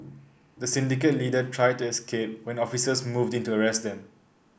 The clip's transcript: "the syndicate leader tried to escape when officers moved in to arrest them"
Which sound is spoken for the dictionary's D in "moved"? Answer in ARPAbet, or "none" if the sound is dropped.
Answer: D